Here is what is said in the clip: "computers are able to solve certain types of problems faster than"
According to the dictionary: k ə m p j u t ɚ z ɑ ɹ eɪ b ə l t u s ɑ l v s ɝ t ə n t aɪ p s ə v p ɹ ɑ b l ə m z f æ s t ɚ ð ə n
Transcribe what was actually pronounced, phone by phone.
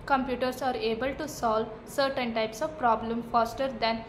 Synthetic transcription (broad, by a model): k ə m p j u t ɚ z ɑ ɹ eɪ b ə l t u s ɑ l v s ɝ t ə n t aɪ p s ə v p ɹ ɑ b l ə m f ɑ s t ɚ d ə n